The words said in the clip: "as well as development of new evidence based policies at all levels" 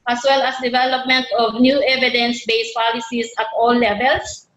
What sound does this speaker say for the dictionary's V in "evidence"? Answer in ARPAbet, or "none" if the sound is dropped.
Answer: V